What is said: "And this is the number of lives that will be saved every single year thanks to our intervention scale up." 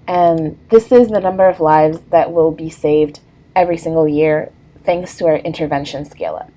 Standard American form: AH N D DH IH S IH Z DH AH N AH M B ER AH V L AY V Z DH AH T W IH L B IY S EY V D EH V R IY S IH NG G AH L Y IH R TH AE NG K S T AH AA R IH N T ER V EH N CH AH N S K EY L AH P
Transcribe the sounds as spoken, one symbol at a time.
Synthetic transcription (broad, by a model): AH N DH IH S IH Z DH AH N AH M B ER AH V L AY V Z DH AH T W IH L B IY S EY V D EH V R IY S IH NG G L Y IH R TH AE NG K S T AH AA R IH N T ER V EH N SH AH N S K EY L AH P